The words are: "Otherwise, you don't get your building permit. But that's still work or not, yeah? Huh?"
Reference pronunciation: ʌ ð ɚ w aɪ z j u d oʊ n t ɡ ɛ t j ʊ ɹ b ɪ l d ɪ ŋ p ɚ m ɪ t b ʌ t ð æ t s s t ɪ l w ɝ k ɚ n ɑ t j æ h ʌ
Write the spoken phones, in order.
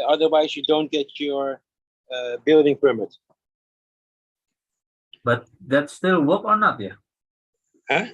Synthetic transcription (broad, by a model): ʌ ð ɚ w aɪ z j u d oʊ n t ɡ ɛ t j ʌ ɹ b ɪ l d ɪ ŋ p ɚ m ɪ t b ʌ t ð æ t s s t ɪ l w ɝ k ɚ n ɑ t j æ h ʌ